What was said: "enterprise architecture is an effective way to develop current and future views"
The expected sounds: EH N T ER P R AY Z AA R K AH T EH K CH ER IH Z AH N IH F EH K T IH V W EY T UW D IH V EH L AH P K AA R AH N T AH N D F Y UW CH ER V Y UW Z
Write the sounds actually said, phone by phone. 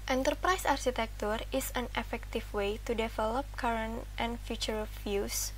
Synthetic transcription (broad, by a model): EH N T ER P R AY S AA R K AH T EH K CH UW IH S AH N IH F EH K T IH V W EY T UW D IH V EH L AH P K AA R AH N T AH N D F Y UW CH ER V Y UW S